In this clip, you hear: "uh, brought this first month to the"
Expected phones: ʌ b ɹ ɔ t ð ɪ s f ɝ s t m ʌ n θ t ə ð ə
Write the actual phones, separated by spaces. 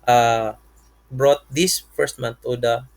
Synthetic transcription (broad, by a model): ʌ b ɹ ɔ t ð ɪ s f ɝ s t m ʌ n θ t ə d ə